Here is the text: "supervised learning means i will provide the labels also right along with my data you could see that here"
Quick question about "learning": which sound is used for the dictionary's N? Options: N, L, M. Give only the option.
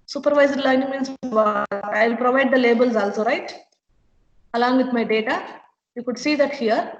L